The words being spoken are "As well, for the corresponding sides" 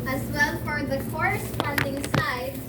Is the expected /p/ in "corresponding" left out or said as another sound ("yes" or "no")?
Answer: yes